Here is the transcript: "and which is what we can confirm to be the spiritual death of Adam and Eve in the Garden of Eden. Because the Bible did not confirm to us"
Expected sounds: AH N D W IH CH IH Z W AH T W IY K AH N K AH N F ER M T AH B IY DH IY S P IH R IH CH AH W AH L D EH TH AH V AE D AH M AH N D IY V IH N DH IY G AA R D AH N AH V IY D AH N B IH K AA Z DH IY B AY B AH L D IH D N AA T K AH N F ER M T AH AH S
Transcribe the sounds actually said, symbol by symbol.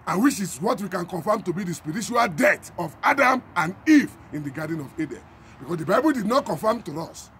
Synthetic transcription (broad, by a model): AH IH W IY SH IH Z W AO T W IY K AH N K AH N F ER M T AH B IY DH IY S P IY R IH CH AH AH L D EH T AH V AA D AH M AH N D IY V IH N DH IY G AA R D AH N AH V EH D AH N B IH K AA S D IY B AY B AH L D IH D N AA T K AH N F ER M T AH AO S